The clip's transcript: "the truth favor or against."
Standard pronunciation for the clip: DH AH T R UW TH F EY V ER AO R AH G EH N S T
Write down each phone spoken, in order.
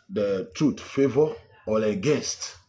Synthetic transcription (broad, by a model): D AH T R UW T F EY V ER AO L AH G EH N S T